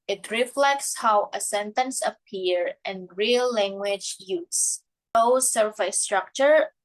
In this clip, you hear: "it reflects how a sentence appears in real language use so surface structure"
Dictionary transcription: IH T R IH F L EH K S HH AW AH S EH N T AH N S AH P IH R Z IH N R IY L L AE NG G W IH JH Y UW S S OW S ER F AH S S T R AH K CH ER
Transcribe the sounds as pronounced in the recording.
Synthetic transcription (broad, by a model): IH T R IH F L EH K S HH AW AH S EH N T AH N S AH P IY R IH N R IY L L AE NG G W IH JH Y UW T S OW S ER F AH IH S T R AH K CH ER